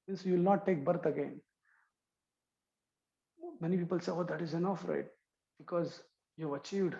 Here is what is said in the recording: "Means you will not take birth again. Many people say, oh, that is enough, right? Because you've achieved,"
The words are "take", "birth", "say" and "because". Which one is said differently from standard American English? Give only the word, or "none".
birth